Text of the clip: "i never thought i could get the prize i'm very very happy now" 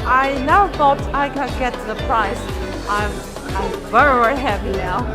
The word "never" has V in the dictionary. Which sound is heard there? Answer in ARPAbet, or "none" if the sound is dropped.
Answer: none